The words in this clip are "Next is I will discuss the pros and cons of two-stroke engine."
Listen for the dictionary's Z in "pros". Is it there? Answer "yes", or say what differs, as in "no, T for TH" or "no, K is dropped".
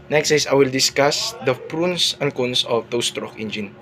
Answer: no, S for Z